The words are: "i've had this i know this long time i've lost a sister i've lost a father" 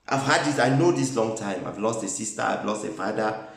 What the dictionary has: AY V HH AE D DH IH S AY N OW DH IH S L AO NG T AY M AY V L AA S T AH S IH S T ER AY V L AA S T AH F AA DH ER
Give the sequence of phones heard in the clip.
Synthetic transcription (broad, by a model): AY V HH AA D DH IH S AY N OW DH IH S L AO NG T AY M AY V L AA S T AH S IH S T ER AY V L AA S T AH F AA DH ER